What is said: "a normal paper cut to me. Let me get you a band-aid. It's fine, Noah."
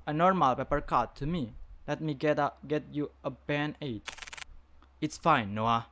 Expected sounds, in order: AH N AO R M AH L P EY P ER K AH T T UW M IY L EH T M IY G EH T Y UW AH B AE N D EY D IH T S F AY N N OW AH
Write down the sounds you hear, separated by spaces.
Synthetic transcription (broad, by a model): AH N AO R M AH L P EY P ER K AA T T UW M IY L EH T M IY G EH T Y UW AH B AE N EY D IH T S F AY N N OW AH